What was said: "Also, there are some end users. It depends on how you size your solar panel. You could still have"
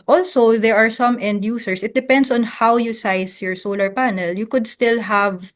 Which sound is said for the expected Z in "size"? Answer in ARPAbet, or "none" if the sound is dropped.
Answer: S